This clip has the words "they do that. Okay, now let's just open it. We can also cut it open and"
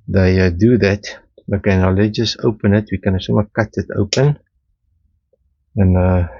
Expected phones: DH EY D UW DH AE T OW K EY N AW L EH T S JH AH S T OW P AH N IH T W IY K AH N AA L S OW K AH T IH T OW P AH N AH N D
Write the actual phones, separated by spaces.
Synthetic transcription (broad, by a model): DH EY D UW DH AE T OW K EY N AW L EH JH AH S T OW P AH N IH T W IY K AH N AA S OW K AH T IH T OW P AH N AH N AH